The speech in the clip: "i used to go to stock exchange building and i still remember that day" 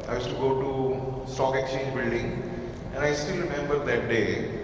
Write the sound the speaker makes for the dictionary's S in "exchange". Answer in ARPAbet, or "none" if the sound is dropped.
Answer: none